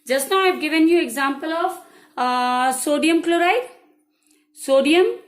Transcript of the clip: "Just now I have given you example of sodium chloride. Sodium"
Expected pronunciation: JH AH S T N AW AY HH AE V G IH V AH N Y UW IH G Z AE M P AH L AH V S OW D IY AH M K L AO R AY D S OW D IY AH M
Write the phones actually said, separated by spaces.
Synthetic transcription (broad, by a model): JH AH S T N AW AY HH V G IH V AH N Y UW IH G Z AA M P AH L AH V S OW D IY AH M K L AO R AY D S OW D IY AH M